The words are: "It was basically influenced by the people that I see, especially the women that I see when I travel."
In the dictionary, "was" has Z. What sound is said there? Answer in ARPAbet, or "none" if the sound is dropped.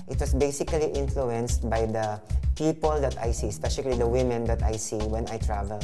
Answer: S